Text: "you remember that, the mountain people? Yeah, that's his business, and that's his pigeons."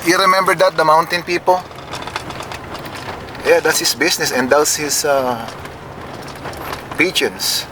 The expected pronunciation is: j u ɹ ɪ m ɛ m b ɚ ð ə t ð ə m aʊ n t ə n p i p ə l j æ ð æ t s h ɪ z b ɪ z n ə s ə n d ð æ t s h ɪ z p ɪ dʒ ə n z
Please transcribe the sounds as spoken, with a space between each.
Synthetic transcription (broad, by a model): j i ɹ ɪ m ɛ m b ɚ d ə t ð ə m aʊ n t ə n p i p ə l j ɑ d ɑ t s h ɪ s b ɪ s n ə s ə n d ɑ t s h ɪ s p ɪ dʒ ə n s